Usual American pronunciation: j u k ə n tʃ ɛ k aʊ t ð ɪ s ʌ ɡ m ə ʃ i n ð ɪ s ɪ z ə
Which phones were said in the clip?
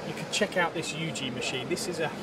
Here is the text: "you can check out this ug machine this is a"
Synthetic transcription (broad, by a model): j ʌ k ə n tʃ ɛ k aʊ t ð ɪ s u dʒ m ə ʃ i n ð ɪ s ɪ z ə